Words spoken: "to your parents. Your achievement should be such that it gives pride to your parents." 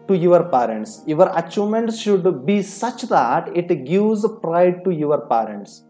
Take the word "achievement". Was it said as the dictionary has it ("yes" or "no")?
no